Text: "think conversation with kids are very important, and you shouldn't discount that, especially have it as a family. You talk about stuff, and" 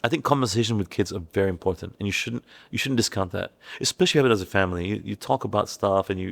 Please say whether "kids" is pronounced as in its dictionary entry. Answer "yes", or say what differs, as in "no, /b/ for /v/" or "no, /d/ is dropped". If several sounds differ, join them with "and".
yes